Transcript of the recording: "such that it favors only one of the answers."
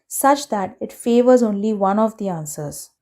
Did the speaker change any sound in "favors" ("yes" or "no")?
no